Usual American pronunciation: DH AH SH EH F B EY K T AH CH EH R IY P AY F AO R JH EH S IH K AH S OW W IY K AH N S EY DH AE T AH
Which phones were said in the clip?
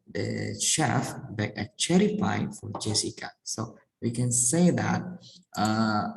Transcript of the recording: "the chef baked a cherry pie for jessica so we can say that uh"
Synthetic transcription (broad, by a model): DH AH SH EH F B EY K AH CH EH R IY F AY F AO R JH EH S IH K AH S OW W IY K AH N S EY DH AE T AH